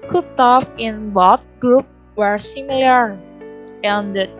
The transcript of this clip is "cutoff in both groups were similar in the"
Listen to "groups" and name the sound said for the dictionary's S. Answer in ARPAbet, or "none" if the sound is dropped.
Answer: none